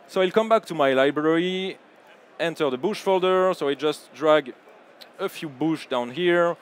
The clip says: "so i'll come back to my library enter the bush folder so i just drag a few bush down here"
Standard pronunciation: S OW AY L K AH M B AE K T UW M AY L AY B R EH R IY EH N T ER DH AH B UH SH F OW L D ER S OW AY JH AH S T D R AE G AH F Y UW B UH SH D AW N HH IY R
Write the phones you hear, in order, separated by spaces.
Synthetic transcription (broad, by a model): S OW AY L K AH M B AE K T UW M AY L AY B R EH R IY EH N T ER DH AH B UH SH F OW L D ER S OW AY JH AH S T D R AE G AH F Y UW B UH SH D AW N HH IY R